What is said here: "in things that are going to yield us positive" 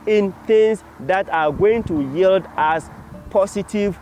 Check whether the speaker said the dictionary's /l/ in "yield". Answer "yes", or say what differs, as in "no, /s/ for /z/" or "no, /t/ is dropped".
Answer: yes